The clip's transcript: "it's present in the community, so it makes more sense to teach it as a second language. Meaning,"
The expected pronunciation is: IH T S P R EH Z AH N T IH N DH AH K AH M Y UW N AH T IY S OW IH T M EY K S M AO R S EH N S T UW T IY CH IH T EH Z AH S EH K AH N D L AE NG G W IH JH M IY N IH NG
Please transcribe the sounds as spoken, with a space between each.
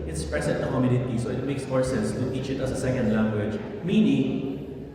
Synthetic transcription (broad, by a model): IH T S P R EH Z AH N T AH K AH M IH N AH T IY S OW IH T M EY K S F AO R S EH S T UW T IY CH IH T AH S AH S EH K AH N D L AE NG G W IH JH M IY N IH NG